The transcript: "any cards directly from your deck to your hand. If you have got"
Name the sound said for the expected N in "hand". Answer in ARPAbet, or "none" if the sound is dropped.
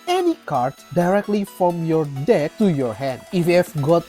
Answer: N